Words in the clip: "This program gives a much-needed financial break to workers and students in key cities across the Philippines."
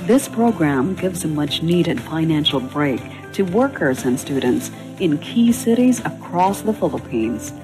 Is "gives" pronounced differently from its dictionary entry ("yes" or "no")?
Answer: no